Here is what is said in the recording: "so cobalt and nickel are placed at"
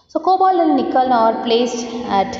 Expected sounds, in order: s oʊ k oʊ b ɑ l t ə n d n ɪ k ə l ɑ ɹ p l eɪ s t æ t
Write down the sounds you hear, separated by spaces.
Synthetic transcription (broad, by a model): s oʊ k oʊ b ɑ l ə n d n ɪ k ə l ɑ ɹ p l eɪ s t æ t